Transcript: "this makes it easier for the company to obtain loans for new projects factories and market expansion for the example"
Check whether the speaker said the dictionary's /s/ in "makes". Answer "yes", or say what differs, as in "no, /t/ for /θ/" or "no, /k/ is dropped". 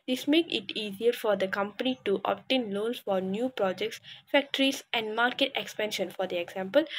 no, /s/ is dropped